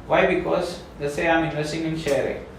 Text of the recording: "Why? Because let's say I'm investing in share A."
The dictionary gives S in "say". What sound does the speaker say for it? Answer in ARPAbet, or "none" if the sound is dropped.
S